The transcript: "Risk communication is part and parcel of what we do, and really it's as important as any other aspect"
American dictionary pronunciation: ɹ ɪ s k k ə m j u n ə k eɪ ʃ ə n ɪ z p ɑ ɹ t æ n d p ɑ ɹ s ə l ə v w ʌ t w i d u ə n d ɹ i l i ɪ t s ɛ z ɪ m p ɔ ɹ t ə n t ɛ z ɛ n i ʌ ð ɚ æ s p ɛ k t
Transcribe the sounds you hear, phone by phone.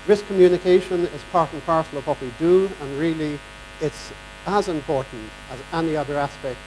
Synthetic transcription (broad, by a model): ɹ ɪ s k k ə m j u n ə k eɪ ʃ ə n ɪ z p ɑ ɹ t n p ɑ ɹ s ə l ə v w ʌ t w i d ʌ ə n ɹ i l i ɪ t s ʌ z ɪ m p ɔ ɹ t n t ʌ z ɛ n i ʌ ð ɚ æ s p ɛ k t